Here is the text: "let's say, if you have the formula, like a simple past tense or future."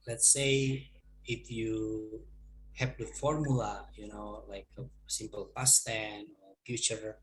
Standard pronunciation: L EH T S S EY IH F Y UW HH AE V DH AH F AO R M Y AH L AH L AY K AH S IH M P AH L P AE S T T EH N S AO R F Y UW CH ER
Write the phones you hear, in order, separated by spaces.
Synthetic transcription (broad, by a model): L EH T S S EY IH F Y UW HH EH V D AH F AO R M Y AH N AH L AY K AH S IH M P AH L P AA S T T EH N AO R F Y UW CH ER